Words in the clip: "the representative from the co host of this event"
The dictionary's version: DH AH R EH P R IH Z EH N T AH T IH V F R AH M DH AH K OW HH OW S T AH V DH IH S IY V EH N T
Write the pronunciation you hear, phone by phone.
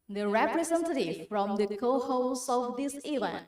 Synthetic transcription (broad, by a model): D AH R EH P R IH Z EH N T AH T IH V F R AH M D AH K OW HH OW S AH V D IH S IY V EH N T